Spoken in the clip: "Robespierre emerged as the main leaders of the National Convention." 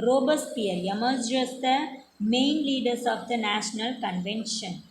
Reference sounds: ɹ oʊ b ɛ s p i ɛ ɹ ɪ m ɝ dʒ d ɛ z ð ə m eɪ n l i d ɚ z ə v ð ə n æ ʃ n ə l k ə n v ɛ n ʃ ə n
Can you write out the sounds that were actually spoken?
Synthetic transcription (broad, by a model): ɹ oʊ b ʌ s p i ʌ ɹ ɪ m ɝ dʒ ʌ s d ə m eɪ n l i d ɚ s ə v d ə n æ ʃ n ə l k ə n v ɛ n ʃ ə n